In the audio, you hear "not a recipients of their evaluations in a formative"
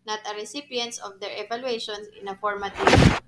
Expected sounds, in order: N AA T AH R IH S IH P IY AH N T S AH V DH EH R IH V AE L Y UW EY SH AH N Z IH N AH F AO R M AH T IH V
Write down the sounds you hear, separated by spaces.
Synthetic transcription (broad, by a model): N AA T AH R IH S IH P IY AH N T S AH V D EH R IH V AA L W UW EY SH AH N IH N AH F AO R M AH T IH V